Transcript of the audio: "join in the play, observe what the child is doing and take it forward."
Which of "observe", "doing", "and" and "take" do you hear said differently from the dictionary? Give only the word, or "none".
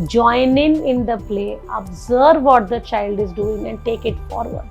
none